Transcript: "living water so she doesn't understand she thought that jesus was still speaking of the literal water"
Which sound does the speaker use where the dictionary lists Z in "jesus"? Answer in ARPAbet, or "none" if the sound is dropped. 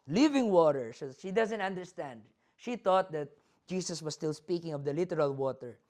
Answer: S